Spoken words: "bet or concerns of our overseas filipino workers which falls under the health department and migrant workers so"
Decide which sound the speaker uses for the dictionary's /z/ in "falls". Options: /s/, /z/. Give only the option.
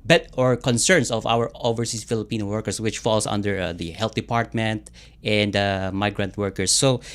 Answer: /s/